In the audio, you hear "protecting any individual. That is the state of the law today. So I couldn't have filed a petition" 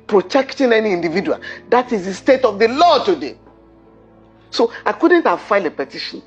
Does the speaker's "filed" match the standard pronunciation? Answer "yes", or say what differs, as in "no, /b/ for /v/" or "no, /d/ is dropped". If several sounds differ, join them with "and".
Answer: no, /d/ is dropped